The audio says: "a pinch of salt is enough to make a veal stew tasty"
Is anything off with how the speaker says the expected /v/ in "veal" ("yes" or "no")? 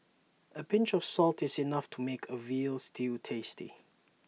no